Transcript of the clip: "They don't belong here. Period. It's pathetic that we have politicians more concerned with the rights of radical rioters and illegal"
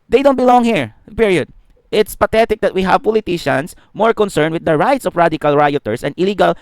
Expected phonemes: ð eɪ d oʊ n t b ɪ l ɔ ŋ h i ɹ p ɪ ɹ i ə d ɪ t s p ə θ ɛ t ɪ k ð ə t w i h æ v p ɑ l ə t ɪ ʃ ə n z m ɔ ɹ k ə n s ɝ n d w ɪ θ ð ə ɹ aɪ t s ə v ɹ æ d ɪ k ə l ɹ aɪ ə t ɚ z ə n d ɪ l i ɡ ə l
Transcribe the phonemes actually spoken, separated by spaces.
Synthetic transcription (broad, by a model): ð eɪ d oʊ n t b ɪ l ɔ ŋ h i ɹ p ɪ ɹ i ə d ɪ t s p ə t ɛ t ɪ k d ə t w i h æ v p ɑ l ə t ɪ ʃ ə n s m ɔ ɹ k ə n s ɝ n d w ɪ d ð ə ɹ aɪ t s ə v ɹ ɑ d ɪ k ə l ɹ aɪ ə t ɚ s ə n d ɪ l i ɡ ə l